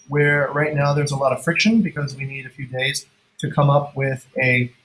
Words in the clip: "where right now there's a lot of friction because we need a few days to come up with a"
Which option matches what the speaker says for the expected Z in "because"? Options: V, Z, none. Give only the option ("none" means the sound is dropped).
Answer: Z